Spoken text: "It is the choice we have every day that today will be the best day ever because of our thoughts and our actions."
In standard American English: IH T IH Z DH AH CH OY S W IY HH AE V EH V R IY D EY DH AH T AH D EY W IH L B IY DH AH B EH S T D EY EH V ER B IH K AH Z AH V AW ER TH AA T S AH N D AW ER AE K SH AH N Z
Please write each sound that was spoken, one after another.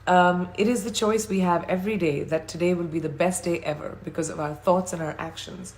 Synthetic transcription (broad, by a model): IH T IH Z DH AH CH OY S W IY HH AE V EH V R IY D EY DH AH T AH D EY W IH L B IY DH AH B EH S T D EY EH V ER B IH K AH Z AH V AW ER TH AA T S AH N AW ER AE K SH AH N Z